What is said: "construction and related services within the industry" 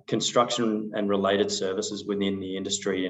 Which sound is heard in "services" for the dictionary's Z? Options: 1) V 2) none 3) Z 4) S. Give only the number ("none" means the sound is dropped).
3